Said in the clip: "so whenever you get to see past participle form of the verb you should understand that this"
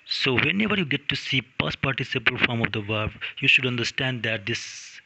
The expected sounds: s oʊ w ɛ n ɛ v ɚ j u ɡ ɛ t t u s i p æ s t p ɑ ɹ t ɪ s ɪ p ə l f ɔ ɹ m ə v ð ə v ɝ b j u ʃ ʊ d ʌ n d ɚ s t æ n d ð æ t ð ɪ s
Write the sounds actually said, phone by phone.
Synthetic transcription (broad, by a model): s oʊ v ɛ n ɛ v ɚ j u ɡ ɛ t t u s i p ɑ s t p ɑ ɹ t ɪ s ɪ p ə l f ɔ ɹ m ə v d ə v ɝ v j u ʃ ʊ d ʌ n d ɚ s t æ n d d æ t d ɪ s